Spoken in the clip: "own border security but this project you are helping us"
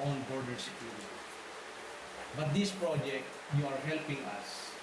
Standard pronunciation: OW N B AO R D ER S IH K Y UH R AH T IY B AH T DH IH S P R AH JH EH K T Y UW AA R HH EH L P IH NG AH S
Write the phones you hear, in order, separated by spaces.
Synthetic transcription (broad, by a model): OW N B AO R D ER S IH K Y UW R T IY B AH T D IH S P R AH JH EH K T Y UW AA R HH EH L P IH NG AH S